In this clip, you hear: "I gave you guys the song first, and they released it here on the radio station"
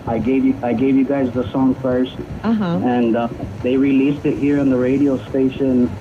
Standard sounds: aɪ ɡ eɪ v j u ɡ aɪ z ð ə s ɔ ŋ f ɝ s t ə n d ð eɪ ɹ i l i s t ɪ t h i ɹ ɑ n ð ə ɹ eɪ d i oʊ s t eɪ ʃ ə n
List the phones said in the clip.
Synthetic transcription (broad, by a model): aɪ ɡ eɪ v j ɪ ɡ aɪ z ð ə s ɔ ŋ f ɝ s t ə n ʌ ð eɪ ɹ i l i s t ɪ t h i ɹ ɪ n ð ə ɹ eɪ d i oʊ s t eɪ ʃ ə n